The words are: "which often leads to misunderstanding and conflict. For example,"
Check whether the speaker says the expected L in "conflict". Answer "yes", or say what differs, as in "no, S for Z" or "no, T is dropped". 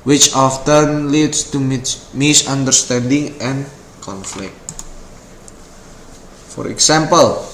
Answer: yes